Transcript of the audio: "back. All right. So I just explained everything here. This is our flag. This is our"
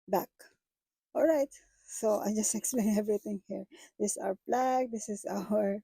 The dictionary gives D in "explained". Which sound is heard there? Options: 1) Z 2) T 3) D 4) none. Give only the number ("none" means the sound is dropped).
4